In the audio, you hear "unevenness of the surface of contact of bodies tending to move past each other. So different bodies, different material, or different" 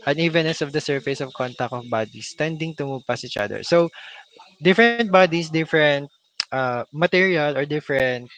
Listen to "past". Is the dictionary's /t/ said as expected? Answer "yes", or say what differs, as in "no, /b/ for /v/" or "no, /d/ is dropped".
no, /t/ is dropped